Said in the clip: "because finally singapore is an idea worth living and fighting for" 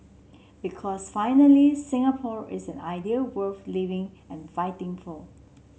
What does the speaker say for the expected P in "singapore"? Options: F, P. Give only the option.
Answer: P